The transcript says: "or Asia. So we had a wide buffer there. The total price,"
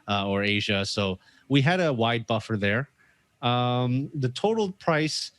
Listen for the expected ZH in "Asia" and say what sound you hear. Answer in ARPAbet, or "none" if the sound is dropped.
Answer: ZH